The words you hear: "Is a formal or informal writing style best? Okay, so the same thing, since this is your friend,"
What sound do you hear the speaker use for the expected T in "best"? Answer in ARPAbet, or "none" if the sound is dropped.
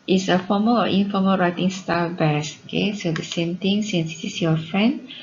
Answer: none